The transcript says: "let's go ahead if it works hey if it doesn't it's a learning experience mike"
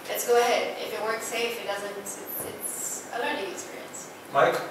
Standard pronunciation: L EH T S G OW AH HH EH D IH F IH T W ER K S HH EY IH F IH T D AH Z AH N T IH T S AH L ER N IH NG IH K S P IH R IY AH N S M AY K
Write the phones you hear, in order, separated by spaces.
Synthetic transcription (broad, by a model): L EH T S G OW AH HH EH D IH F IH T W ER K S EY IH F IH T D AH Z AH N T IH T S AH L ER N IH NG IH K S P IH R IY AH N S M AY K